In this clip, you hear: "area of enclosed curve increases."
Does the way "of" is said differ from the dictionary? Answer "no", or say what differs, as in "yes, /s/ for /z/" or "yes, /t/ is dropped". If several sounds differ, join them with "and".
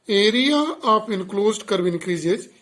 yes, /p/ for /v/